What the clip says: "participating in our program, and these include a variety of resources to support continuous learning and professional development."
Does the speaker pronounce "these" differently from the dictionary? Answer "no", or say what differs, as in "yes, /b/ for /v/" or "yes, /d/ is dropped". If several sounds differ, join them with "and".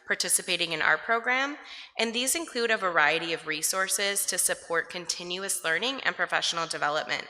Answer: no